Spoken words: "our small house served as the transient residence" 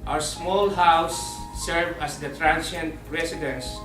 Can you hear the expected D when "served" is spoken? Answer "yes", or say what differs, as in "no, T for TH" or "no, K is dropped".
no, D is dropped